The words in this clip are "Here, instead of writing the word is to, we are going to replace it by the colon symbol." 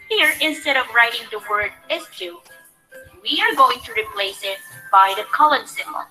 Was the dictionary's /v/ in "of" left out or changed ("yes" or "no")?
no